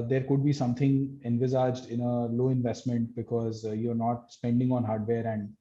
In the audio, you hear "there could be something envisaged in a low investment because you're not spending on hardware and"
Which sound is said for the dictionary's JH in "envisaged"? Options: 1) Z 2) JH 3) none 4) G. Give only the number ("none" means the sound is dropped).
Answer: 2